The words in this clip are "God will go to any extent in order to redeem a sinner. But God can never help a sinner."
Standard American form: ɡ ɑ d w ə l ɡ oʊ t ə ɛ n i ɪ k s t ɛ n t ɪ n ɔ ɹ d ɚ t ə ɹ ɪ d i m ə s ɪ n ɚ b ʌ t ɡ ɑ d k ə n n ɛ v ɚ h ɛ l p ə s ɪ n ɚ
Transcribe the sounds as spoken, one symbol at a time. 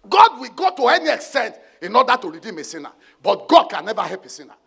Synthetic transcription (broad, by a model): ɡ ɑ d w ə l ɡ oʊ t ə ɛ n i ɪ k s t ɛ n t ɪ n ɔ d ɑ t ə ɹ ɪ d i m ə s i n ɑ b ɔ t ɡ ɑ d k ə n n ɛ v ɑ h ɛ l p ə s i n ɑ